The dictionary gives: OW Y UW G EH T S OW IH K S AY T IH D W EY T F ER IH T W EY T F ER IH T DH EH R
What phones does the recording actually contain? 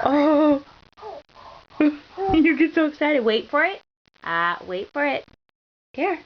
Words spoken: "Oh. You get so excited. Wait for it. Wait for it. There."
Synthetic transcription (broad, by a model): OW Y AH G EH T S OW IH K S AY T IH D W EY T F ER IH T W EY T F ER IH T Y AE